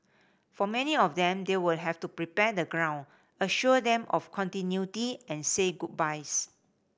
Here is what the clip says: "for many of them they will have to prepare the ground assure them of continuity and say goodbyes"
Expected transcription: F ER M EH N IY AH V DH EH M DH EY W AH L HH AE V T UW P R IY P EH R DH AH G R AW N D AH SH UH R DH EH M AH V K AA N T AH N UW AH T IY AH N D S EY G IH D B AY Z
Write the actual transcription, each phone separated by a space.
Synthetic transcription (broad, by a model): F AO M EH N IY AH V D EH M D EY W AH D HH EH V T UW P R IY P EH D AH G R AW N AH SH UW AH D EH M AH F K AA N T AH N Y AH T IY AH N S EY G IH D B AY S